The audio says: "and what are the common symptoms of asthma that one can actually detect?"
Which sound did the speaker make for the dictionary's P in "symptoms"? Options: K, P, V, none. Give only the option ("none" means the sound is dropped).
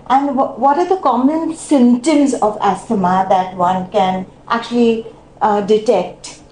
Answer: none